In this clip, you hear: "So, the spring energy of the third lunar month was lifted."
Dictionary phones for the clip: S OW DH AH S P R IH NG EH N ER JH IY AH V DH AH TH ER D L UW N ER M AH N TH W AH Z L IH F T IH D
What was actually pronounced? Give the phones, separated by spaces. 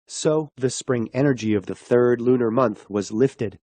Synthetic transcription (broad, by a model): S OW DH AH S P R IH NG EH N ER JH IY AH V DH AH TH ER D L UW N ER M AH N TH W AH Z L IH F T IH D